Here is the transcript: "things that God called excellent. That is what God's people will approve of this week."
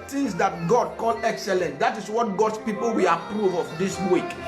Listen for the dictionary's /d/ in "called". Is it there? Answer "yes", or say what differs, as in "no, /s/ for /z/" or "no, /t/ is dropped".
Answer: no, /d/ is dropped